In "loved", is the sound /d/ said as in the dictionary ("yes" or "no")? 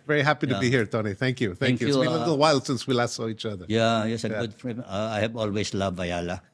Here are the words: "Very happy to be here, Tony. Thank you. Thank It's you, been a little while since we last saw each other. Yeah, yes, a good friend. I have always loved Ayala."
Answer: no